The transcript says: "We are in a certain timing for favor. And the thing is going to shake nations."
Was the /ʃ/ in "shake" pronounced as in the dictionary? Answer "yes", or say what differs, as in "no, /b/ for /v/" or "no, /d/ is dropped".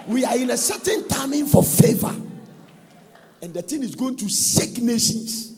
no, /s/ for /ʃ/